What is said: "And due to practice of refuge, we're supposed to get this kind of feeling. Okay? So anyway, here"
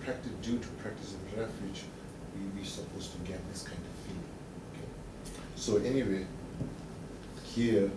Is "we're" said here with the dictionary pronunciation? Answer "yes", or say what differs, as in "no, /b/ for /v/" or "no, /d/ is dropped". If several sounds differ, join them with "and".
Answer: no, /w/ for /ɹ/